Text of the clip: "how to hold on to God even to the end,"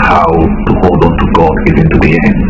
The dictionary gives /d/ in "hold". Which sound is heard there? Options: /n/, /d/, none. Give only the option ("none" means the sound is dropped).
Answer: /d/